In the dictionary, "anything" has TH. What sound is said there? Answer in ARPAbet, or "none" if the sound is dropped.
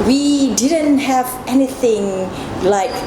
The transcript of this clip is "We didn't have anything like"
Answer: TH